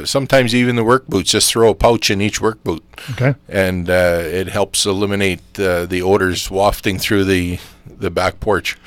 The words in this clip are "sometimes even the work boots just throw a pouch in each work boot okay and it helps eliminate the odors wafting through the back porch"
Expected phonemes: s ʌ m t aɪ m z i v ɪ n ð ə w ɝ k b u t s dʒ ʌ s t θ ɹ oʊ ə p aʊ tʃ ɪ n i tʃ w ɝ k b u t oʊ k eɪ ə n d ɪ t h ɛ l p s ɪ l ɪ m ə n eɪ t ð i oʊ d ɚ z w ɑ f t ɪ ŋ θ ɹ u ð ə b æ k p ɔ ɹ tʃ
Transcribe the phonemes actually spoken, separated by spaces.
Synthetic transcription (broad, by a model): s ʌ m t aɪ m z i v ɪ n ð ə w ɝ k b u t dʒ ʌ s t θ ɹ oʊ ə p aʊ tʃ ɪ n i tʃ w ɝ k b u t oʊ k eɪ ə n ɪ t h ɛ l p s ɪ l ɪ m ə n eɪ t ð i oʊ d ɚ z w ɑ f t ɪ ŋ θ ɹ u ð ə b æ k p ɔ ɹ tʃ